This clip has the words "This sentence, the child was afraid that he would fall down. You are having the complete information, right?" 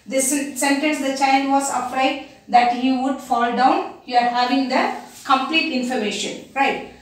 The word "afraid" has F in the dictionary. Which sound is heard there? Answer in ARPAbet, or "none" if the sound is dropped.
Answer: P